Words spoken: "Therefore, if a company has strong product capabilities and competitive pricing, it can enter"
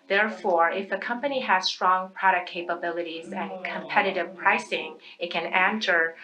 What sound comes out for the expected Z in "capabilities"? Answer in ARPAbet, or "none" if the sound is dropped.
Z